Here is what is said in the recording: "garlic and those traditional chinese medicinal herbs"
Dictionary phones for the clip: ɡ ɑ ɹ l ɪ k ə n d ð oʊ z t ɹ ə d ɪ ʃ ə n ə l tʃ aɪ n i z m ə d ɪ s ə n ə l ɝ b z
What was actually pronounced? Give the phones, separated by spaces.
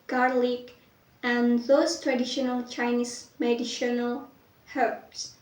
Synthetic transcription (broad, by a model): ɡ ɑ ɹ l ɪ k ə n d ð oʊ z t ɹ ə d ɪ ʃ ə n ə l tʃ aɪ n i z m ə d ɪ ʃ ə n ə l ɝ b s